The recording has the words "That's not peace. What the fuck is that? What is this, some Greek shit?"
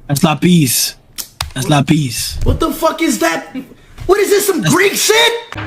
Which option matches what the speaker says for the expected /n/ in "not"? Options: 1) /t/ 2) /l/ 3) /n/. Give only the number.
2